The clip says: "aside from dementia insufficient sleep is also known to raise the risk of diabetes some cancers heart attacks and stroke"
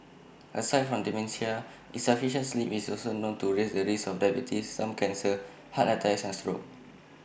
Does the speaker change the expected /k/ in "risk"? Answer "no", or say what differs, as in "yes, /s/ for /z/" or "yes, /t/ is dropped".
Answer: yes, /k/ is dropped